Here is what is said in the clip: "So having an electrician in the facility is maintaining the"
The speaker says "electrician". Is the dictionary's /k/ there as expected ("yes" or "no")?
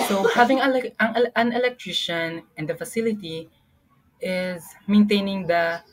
yes